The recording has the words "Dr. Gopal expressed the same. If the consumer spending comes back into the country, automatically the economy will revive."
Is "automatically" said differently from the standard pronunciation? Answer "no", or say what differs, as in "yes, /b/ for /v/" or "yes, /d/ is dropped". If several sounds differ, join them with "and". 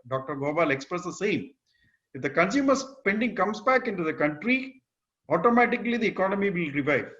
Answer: no